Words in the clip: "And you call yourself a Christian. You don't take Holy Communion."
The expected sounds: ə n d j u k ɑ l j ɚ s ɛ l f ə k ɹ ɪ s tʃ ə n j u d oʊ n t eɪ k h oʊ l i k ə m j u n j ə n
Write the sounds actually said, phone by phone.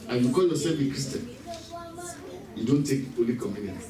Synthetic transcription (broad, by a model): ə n j u k ɑ l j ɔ s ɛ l ə k ɹ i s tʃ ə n j u d oʊ n t eɪ k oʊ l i k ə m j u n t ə